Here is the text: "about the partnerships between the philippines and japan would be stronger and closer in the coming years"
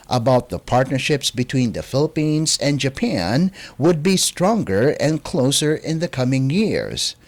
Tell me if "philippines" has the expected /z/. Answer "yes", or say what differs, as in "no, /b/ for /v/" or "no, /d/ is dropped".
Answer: yes